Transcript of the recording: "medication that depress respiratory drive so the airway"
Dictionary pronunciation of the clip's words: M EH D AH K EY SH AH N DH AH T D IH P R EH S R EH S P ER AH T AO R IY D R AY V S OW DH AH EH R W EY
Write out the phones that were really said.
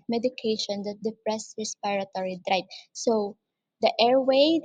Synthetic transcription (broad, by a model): M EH D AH K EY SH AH N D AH T D IH P R EH S R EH S P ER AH T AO R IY D R AY P S OW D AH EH R W EY